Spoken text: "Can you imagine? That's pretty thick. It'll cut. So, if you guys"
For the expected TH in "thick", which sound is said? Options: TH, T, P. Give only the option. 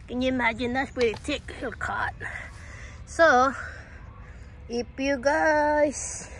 T